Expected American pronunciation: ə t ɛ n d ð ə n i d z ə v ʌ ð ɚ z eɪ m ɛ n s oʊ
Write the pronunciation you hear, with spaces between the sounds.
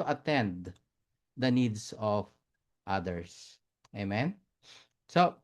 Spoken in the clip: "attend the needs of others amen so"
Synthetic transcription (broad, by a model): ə t ɛ n d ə n i d s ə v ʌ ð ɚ s eɪ m ɛ n s oʊ